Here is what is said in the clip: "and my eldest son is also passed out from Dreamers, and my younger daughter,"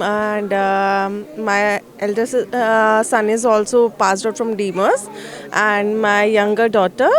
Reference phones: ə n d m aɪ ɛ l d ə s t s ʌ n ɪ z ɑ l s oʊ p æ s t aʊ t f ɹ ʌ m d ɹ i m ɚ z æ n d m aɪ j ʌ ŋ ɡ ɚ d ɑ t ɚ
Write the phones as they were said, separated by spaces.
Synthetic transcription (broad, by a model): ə n d m aɪ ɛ l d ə t s ʌ n ɪ z ɑ l s oʊ p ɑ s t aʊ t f ɹ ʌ m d i m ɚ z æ n d m aɪ j ʌ ŋ ɡ ɚ d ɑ t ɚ